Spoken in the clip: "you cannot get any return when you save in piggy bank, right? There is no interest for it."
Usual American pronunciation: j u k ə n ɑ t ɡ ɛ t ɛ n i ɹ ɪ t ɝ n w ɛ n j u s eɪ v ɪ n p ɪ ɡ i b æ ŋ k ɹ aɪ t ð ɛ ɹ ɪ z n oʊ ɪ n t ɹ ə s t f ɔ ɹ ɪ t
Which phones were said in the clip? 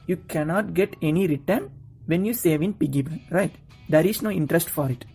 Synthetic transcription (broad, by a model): j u k ə n ɑ t ɡ ɛ t ɛ n i ɹ ɪ t ɝ n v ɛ n j u s eɪ v ɪ n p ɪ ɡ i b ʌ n ɹ aɪ t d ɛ ɹ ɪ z n oʊ ɪ n t ɹ ə s t f ɔ ɹ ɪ t